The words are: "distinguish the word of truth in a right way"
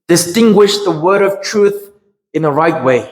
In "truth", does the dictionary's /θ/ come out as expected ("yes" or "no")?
yes